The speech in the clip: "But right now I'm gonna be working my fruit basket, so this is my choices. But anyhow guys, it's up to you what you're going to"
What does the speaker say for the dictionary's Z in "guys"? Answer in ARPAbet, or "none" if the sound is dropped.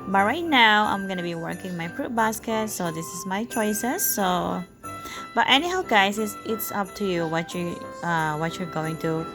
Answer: S